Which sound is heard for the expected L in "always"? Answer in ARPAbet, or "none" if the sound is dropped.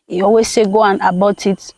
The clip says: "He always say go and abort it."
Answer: none